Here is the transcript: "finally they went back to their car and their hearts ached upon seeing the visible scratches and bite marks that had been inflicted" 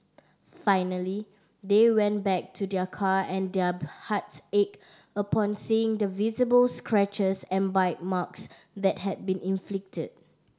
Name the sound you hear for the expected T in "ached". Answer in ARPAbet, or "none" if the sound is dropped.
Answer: none